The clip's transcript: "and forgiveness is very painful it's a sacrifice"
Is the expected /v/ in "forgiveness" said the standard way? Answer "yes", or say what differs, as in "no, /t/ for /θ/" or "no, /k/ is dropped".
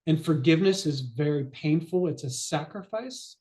yes